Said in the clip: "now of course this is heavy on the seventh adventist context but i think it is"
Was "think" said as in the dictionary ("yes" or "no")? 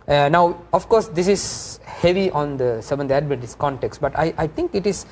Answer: no